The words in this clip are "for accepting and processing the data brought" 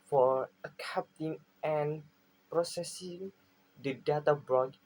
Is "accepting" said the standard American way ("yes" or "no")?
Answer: no